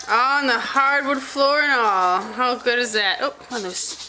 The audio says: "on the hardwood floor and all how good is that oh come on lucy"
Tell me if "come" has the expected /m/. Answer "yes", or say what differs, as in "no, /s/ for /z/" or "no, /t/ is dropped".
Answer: no, /m/ is dropped